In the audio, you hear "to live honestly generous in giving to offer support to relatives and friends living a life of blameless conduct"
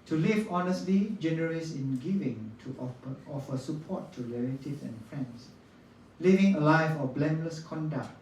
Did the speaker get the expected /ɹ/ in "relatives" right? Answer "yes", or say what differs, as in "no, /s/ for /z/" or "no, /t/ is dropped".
no, /l/ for /ɹ/